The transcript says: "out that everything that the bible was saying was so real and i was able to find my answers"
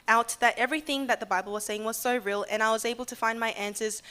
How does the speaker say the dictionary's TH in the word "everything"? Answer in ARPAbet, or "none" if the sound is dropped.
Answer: TH